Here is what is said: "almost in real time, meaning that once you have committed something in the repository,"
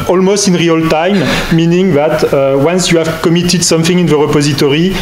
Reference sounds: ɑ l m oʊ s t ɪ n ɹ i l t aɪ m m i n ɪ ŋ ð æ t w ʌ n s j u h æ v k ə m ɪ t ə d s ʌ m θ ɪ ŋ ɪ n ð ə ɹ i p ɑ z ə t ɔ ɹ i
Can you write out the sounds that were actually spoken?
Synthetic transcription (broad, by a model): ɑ l m oʊ s t ɪ n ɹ i l t aɪ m m i n ɪ ŋ ð æ t w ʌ n s j u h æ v k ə m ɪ t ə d s ʌ m θ ɪ ŋ ɪ n ð ə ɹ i p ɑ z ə t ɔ ɹ i